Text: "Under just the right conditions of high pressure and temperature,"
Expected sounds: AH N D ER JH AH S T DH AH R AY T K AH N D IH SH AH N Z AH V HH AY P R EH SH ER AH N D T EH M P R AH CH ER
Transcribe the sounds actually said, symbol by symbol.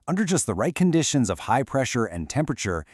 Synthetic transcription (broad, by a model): AH N D ER JH AH S T DH AH R AY T K AH N D IH SH AH N Z AH V HH AY P R EH SH ER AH N T EH M P R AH CH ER